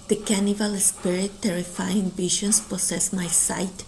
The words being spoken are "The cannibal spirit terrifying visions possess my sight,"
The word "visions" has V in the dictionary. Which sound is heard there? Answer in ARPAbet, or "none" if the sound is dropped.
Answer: B